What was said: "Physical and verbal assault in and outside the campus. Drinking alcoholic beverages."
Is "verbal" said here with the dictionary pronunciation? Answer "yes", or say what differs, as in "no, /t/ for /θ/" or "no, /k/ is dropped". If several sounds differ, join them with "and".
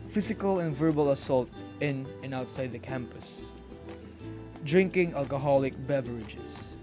yes